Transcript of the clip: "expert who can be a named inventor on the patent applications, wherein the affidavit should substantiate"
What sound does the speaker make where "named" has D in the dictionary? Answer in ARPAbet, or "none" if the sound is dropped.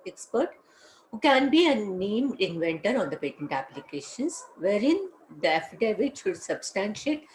none